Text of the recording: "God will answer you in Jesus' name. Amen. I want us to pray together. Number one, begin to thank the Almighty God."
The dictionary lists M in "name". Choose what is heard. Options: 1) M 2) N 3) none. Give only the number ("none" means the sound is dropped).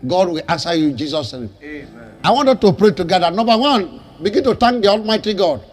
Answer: 3